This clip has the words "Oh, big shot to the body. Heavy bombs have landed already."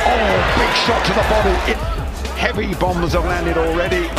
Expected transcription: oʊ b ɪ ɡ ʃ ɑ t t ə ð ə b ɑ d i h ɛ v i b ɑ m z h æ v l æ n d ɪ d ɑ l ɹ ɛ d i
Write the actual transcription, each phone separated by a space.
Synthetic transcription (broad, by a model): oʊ b ɪ ɡ ʃ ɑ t t ə ð ə b ɑ d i h ɛ v i b ɑ m z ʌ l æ n d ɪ d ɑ l ɹ ɛ d i